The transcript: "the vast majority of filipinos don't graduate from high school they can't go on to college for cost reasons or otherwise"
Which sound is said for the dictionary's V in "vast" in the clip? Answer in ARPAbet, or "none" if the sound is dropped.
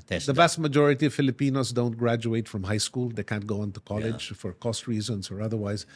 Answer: B